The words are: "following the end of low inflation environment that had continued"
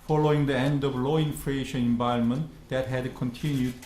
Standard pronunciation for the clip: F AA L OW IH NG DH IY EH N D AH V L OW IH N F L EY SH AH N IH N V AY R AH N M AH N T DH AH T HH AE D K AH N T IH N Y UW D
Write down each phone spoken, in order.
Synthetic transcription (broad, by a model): F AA L OW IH NG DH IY EH N D AH V L OW IH N F L EY SH AH N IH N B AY AH L M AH N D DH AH T HH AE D K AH N T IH N Y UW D